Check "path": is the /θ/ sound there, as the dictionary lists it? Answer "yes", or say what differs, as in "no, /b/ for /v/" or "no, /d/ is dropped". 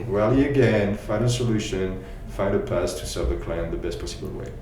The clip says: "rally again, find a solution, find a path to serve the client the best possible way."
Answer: no, /s/ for /θ/